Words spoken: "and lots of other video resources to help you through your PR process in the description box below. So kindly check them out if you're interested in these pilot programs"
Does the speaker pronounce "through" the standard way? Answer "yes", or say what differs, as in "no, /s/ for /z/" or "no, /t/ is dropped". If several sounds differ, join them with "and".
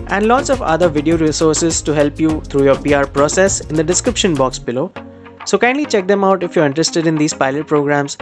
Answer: no, /t/ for /θ/